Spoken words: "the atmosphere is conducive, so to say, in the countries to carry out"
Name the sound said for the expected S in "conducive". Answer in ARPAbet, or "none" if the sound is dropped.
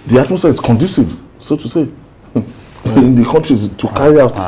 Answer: S